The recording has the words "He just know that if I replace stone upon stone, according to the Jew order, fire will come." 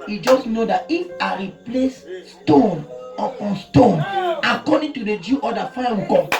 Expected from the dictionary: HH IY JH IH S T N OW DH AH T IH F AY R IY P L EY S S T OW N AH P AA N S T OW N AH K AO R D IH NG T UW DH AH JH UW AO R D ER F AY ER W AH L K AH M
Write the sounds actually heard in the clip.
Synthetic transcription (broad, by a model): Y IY JH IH S N OW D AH T IH F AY R IY P L EY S S T OW N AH AA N S T OW N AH K AO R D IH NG T UW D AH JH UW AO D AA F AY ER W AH K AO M